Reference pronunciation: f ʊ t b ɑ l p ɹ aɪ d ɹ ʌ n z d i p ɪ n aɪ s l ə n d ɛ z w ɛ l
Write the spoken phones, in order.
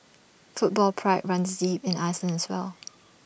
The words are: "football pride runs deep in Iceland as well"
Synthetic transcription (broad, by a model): f ʊ t b ɑ l p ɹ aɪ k ɹ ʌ n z d i p ɪ n aɪ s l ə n ɛ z w ɛ l